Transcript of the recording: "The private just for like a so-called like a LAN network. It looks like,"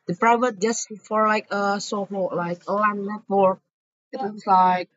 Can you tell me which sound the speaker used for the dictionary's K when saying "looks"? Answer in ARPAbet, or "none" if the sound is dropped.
none